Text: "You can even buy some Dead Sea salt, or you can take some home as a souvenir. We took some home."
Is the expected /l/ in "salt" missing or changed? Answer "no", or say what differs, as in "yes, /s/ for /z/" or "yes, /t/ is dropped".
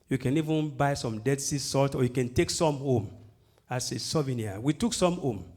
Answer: no